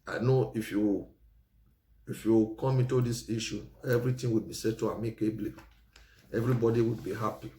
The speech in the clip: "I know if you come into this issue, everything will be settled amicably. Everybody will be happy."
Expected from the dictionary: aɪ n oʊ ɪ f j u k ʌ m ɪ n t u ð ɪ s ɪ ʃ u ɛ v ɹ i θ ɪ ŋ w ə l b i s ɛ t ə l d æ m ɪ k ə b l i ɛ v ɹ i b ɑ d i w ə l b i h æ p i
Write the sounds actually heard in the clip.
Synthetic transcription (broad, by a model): aɪ n oʊ ɪ f j u k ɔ m ɪ n t u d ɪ s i ʃ u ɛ v ɹ i t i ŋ w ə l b i s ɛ t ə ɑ m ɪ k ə b l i ɛ v ɹ i b ɑ d i w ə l b i h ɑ p i